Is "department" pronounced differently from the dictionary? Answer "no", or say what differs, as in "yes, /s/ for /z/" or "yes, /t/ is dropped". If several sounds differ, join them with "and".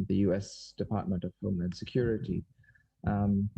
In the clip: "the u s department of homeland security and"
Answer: no